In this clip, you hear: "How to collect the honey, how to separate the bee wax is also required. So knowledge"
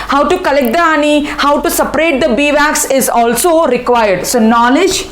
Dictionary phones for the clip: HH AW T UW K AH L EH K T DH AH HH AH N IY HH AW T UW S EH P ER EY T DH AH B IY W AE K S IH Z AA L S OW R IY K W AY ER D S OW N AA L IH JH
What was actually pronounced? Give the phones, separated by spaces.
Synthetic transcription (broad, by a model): HH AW T UW K AH L EH K T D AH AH N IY HH AW T UW S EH P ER EY T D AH B IY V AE K S IH Z AA L S OW R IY K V AY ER D S OW N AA L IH JH